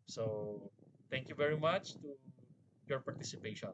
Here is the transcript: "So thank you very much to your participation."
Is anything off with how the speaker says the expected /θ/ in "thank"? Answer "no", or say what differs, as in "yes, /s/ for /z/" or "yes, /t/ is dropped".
yes, /t/ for /θ/